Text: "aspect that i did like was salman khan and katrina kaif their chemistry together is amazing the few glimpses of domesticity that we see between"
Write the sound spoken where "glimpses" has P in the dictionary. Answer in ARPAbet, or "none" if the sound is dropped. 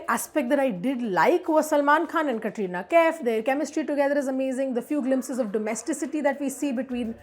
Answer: P